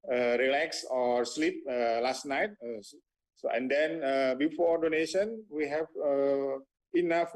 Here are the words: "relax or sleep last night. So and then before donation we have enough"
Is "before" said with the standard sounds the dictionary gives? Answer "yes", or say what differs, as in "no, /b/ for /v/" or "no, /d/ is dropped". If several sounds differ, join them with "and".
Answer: yes